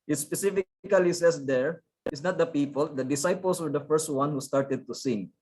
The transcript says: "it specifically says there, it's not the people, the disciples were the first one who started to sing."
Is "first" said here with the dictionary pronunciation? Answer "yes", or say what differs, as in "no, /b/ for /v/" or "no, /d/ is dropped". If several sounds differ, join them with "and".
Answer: yes